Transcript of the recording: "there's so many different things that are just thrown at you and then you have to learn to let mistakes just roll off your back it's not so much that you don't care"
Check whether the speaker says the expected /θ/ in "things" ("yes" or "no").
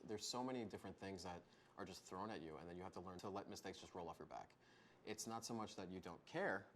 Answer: yes